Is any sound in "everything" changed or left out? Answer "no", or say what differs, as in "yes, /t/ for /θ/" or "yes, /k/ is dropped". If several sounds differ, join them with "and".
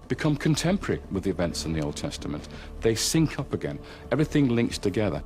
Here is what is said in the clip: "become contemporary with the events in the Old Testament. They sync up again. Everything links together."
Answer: no